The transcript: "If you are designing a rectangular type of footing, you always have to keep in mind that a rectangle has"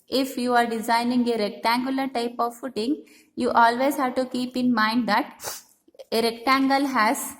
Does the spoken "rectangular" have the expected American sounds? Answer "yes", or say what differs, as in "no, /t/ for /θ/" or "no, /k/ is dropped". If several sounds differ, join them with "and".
yes